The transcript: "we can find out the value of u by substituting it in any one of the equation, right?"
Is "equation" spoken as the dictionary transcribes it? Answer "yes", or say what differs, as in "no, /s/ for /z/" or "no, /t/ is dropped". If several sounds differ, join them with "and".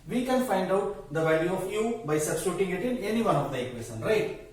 no, /s/ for /ʒ/